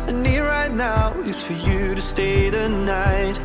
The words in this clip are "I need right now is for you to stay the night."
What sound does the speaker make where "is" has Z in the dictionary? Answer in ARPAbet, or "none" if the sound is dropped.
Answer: S